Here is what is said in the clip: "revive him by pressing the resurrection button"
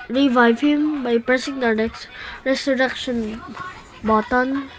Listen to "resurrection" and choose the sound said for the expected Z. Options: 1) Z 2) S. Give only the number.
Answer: 2